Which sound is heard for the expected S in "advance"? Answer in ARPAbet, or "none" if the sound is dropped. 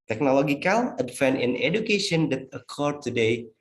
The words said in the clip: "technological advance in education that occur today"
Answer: none